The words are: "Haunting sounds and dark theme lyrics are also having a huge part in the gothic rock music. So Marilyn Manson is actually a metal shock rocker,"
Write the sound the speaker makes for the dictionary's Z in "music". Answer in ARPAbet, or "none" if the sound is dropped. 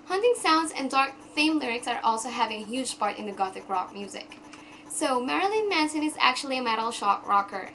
Z